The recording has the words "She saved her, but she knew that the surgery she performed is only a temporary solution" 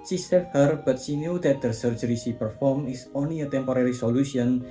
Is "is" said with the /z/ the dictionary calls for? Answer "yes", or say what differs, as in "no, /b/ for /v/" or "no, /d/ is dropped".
no, /s/ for /z/